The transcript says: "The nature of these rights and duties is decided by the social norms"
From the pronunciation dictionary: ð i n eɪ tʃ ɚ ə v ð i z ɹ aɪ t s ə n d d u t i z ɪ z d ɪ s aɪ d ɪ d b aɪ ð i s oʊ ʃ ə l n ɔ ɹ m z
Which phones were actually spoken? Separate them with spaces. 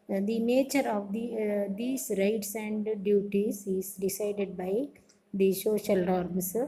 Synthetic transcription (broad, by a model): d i n eɪ tʃ ɚ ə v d i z ɹ aɪ t s ə n d d u t i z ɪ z d ɪ s aɪ d ɪ d b aɪ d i ʃ oʊ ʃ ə l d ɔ ɹ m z